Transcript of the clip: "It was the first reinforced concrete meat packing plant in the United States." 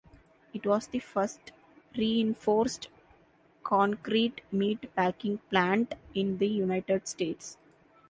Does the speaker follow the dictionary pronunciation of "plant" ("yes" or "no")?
yes